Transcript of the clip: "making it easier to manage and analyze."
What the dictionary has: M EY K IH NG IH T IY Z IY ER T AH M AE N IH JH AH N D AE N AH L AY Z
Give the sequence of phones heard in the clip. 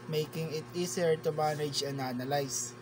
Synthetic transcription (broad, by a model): M EY K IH NG IH T IY S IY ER T AH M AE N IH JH AH N D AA N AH L AY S